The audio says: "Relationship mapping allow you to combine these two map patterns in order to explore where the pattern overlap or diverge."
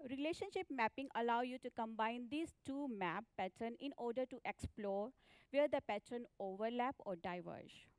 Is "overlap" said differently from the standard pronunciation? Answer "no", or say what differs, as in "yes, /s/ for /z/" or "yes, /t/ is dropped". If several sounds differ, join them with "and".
no